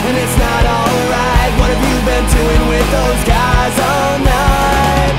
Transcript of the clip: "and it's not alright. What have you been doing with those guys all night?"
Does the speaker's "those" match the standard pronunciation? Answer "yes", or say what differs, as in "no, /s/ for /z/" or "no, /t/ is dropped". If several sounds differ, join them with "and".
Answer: yes